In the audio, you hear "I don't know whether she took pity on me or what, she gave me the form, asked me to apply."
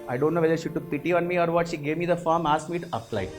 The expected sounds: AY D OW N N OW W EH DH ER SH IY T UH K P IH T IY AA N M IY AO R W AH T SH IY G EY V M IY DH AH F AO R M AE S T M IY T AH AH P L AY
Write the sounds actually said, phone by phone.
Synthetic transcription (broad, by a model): AY D OW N N OW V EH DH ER SH IY T UH K P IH T IY AA N M IY AO R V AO T SH IY G EY V M IY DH AH F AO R M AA S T M IY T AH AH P L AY